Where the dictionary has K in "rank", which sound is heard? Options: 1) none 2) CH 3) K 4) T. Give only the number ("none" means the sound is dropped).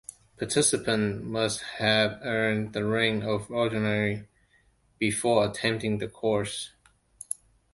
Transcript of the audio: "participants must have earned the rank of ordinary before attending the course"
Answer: 1